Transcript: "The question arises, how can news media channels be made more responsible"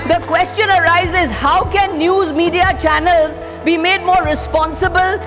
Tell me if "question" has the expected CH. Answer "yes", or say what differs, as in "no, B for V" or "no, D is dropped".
yes